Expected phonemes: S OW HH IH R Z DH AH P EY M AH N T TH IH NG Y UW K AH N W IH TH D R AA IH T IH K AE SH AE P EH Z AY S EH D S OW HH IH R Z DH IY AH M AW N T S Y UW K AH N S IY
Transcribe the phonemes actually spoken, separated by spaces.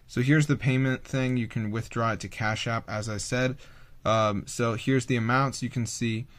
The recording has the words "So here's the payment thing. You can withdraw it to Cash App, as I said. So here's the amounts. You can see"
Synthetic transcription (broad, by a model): S OW HH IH R Z DH AH P EY M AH N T TH IH NG Y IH K AH N W IH TH D R AA IH T IH K AE SH AE P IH Z AY S EH D S OW HH IH R Z DH IY AH M AW N T S Y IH K AH N S IY